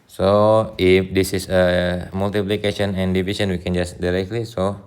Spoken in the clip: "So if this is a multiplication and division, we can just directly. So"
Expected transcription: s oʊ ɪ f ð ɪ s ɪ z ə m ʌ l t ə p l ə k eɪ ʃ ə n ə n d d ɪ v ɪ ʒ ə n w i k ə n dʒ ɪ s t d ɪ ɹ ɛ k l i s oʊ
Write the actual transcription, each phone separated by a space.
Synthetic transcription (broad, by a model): s oʊ ɪ f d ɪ s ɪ s ə m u l t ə p l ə k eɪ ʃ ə n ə n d d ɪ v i s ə n w i k ə n dʒ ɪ s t d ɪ ɹ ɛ k l i s oʊ